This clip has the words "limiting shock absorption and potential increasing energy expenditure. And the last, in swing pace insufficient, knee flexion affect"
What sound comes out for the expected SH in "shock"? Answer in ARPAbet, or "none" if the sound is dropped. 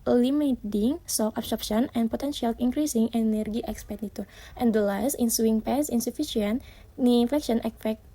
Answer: S